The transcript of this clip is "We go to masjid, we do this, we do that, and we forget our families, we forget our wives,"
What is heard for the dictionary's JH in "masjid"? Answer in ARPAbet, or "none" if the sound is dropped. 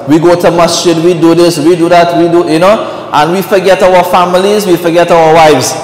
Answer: SH